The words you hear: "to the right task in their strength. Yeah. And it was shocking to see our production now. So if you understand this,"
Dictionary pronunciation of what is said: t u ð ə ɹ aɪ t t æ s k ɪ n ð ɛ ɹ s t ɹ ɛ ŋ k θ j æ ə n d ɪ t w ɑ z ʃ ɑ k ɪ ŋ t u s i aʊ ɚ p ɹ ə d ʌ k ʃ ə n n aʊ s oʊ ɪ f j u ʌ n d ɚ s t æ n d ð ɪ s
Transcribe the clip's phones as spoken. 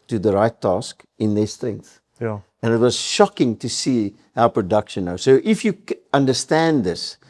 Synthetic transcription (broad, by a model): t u ð ə ɹ aɪ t t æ s k ɪ n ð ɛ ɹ s t ɹ ɛ ŋ k θ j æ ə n ɪ t w ɑ z ʃ ɑ k ɪ ŋ t u s i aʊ p ɹ ə d ʌ k ʃ ə n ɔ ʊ s oʊ ɪ f j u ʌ n d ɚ s t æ n d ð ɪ s